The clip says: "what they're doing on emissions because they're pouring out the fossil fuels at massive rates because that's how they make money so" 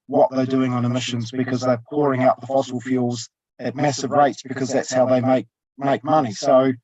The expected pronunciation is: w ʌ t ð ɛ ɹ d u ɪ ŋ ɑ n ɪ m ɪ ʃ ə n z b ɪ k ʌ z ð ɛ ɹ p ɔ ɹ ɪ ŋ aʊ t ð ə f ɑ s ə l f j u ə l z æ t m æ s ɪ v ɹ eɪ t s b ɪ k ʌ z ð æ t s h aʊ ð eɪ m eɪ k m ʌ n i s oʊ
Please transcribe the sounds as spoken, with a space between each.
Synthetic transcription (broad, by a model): w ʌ t ð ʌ ɹ d u ɪ ŋ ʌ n ɪ m ɪ ʃ ə n z b ɪ k ʌ z ð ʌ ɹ p ɔ ɹ ɪ ŋ aʊ t ð ə f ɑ s l f j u l z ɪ t m æ s ɪ v ɹ eɪ t s b ɪ k ʌ z ð æ t s h aʊ ð eɪ m eɪ k m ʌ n i s oʊ